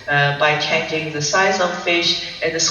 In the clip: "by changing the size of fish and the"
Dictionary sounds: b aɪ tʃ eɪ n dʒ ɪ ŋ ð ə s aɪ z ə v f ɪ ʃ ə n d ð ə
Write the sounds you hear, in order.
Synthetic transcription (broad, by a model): b aɪ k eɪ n ɪ ŋ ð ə s aɪ z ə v f ɪ ʃ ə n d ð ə